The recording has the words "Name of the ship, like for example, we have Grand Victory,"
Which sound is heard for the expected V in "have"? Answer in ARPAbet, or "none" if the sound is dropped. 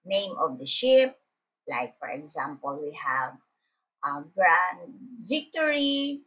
V